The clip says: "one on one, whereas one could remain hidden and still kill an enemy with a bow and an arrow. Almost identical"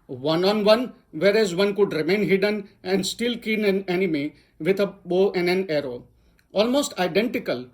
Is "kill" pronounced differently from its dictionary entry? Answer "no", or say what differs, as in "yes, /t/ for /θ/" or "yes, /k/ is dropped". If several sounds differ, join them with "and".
yes, /n/ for /l/